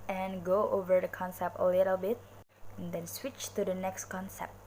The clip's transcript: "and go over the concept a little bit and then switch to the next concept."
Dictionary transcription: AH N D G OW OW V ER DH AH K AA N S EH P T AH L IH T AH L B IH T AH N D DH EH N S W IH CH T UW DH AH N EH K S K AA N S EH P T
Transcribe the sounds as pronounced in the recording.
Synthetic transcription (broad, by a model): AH N G OW OW V ER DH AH K AA N S EH P T AH L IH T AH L B IH T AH N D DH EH N S W IH CH T UW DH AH N EH K S K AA N S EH P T